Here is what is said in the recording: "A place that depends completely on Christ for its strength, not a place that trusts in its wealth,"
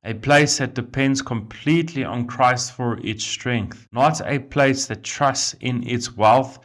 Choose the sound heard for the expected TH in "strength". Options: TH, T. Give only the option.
TH